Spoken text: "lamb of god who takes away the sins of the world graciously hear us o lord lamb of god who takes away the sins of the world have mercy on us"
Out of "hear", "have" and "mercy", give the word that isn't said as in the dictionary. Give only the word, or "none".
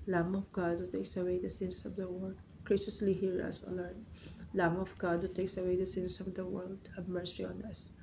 have